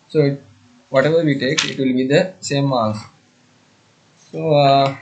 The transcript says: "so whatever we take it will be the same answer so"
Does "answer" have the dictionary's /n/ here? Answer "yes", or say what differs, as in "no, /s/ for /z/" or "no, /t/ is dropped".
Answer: no, /n/ is dropped